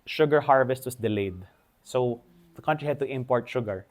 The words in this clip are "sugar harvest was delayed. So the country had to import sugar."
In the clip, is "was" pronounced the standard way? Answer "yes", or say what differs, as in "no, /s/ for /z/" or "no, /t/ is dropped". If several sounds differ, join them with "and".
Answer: no, /s/ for /z/